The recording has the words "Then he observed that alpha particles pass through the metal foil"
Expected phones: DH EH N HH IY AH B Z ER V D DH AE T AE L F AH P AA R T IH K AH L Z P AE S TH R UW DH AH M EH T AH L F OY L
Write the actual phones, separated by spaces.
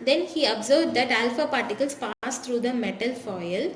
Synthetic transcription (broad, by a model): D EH N HH IY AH B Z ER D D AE T AE L F AH P AA R T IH K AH L S P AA S T R UW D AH M EH T AH L F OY L